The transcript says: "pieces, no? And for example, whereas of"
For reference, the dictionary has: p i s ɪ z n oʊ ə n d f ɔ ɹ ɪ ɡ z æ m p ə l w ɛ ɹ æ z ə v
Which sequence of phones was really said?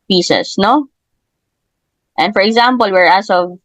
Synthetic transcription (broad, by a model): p i s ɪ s n oʊ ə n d f ɔ ɹ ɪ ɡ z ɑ m p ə l w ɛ ɹ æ s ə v